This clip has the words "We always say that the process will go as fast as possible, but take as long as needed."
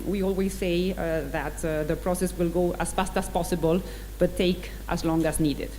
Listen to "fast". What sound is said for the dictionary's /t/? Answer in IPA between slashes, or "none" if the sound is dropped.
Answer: /t/